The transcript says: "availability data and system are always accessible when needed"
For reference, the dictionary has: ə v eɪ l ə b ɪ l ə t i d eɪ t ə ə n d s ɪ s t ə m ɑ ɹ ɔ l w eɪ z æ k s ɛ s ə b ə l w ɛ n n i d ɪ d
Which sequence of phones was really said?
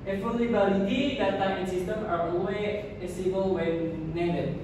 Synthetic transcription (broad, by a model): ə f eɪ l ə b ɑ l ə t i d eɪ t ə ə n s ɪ s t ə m ɑ ɹ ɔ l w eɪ æ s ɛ s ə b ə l w ɛ n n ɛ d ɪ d